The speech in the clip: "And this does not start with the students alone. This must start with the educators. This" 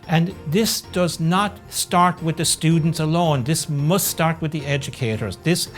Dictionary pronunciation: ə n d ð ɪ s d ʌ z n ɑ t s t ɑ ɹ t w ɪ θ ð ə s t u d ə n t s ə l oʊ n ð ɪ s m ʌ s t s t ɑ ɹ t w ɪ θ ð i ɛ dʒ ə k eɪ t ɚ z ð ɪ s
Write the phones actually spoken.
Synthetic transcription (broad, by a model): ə n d ð ɪ s d ʌ z n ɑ t s t ɑ ɹ t w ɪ ð ə s t u d n t s ə l oʊ n ð ɪ s m ʌ s t s t ɑ ɹ t w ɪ ð i ɛ dʒ ə k eɪ t ɚ z ð ɪ s